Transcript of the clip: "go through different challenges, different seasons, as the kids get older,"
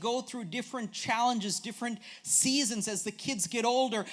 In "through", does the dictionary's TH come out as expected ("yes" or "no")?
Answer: yes